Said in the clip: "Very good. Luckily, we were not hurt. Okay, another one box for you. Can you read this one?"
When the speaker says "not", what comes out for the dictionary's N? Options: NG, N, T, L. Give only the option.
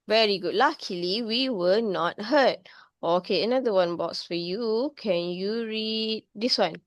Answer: N